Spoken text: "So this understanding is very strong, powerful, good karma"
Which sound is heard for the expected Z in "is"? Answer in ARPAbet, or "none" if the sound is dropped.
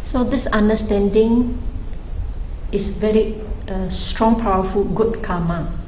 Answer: S